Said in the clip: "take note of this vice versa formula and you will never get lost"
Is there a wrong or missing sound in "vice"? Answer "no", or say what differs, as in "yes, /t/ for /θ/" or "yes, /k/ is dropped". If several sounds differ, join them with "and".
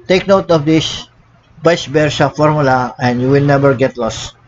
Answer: yes, /b/ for /v/